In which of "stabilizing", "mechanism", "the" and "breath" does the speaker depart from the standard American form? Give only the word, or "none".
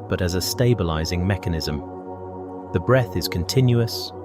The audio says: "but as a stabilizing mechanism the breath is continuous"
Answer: none